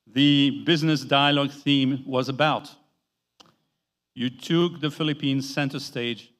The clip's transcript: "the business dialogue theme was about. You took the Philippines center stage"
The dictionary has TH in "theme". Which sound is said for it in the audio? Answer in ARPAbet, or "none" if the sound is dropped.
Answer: TH